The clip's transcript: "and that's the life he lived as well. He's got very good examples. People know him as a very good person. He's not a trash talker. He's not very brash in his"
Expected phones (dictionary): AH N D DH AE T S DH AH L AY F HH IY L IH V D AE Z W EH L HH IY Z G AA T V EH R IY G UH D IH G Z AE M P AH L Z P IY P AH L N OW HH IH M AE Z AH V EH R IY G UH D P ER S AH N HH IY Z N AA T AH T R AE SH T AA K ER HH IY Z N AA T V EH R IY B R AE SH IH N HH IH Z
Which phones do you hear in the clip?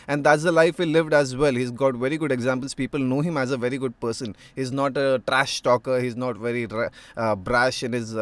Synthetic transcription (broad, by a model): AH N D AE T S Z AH L AY F HH IY L IH V D AE Z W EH L HH IY Z G AA T V EH R IY G UH D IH G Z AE M P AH L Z P IY P AH L N OW HH IH M AE Z AH V EH R IY G UH D P ER S AH N HH IY Z N AA T AH T R AE SH T AA K ER HH IY Z N AA T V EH R IY B R AE SH IH N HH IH Z